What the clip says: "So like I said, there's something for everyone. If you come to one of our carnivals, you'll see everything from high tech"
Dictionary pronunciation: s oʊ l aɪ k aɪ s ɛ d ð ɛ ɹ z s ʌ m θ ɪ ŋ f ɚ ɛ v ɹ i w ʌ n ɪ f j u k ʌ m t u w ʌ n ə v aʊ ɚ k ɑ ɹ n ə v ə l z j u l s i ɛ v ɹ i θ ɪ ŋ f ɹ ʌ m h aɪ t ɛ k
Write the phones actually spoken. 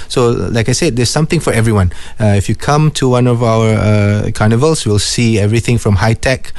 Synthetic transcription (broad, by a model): s oʊ l aɪ k aɪ s ɛ d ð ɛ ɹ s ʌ m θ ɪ ŋ f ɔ ɛ v ɹ i w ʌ n ɪ f j u k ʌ m t u w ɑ n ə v aʊ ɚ k ɑ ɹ n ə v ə l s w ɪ l s i ɛ v ɹ i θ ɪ ŋ f ɹ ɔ m h aɪ t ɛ k